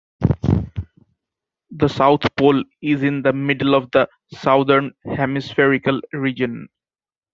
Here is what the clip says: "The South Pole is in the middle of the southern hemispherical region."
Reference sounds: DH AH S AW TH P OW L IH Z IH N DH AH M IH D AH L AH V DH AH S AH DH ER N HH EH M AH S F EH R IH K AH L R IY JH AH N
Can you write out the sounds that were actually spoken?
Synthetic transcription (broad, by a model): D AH S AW T P OW L IH Z IH N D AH M IH D AH L AH V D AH S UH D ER N HH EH M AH S F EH R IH K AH L R IY JH AH N